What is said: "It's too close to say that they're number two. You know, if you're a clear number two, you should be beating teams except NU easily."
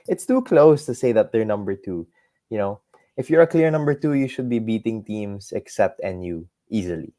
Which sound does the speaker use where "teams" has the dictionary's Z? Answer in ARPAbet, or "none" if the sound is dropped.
S